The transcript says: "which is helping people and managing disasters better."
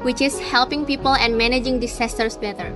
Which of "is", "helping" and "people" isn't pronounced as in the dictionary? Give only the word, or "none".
is